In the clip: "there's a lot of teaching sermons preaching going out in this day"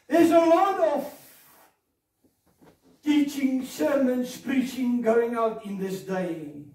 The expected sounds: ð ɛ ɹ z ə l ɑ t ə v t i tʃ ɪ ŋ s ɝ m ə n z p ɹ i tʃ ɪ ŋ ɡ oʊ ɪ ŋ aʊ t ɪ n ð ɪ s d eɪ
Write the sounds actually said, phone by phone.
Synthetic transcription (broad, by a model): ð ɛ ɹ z ə l ɑ t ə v t i tʃ ɪ ŋ s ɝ m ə n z p ɹ i tʃ ɪ ŋ ɡ oʊ ɪ ŋ aʊ t ɪ n ð ɪ s d eɪ